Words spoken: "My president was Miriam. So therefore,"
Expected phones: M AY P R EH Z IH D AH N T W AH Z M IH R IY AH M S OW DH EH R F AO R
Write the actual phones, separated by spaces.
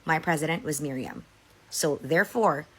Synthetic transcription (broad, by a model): M AY P R EH Z IH D AH N T W AH Z M IH R IY AH M S OW DH EH R F AO R